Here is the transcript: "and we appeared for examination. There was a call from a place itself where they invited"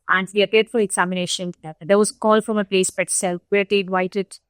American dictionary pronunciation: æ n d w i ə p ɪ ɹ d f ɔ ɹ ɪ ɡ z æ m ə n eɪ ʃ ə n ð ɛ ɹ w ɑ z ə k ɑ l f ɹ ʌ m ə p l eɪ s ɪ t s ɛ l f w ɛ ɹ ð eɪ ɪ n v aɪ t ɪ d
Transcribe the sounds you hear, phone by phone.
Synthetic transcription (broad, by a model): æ n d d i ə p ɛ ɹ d f ɔ ɹ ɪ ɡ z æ m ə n eɪ ʃ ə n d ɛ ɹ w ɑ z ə k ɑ l f ɹ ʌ m ə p l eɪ s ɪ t s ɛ l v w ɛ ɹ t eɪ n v aɪ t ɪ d